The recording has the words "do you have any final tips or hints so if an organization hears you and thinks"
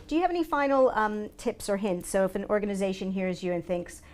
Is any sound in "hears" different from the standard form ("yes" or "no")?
no